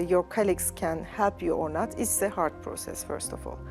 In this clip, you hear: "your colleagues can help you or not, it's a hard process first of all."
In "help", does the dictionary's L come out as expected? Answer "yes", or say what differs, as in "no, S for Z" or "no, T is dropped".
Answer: no, L is dropped